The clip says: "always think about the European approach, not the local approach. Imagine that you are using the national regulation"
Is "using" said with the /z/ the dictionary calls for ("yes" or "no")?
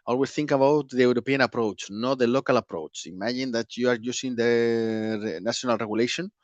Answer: no